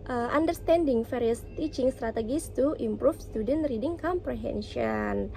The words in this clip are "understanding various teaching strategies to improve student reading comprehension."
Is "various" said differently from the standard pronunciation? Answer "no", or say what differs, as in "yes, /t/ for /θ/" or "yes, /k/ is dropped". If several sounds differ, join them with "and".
yes, /f/ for /v/